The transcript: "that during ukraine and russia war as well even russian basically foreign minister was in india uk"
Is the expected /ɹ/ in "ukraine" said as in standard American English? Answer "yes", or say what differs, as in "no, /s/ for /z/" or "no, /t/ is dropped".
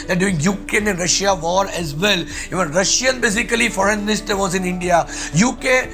no, /ɹ/ is dropped